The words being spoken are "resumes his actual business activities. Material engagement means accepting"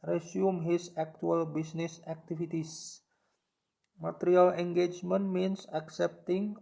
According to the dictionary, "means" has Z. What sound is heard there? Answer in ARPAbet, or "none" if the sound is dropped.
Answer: S